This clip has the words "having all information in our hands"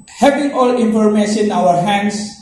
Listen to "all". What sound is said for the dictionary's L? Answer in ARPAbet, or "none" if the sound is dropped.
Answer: L